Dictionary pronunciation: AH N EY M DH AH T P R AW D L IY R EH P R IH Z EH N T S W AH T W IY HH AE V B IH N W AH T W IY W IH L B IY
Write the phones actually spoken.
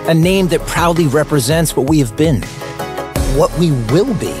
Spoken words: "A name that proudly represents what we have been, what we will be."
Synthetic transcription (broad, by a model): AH N EY M DH AH T P R AW D L IY R EH P R IH Z EH N T S W AH T W IY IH V B IH N W AH T W IY W IH L B IY